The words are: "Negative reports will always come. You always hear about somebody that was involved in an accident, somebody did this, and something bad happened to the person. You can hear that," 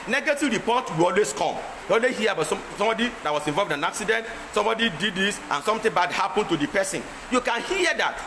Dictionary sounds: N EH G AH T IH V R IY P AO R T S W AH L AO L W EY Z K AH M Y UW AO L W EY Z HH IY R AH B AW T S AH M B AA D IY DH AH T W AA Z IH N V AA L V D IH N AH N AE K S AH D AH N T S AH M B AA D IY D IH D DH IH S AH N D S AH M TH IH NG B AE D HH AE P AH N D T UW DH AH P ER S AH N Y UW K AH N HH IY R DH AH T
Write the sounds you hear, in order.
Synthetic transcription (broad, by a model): N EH G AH T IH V R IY P AO T W AH L AO L W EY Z K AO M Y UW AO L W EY HH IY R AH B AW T S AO M B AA D IY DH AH T W AA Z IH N V AA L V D IH N AH N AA K S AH D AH N T S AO M B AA D IY D IH D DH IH S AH N S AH M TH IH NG B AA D HH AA P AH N T UW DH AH P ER S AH N Y UW K AH N HH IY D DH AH T